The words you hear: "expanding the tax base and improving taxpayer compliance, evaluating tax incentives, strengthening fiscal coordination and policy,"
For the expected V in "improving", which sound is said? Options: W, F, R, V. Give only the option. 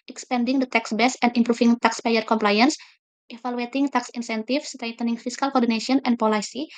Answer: F